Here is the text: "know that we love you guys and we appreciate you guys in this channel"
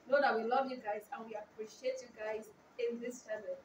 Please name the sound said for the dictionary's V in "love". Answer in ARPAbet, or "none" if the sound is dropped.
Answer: V